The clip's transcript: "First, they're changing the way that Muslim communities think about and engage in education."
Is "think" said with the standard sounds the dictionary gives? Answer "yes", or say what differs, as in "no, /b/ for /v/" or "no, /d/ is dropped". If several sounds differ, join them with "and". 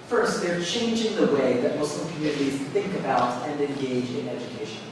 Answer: yes